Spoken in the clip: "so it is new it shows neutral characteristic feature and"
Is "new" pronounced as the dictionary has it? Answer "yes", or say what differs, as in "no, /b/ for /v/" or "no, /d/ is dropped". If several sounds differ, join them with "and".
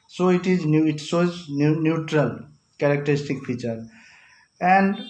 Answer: yes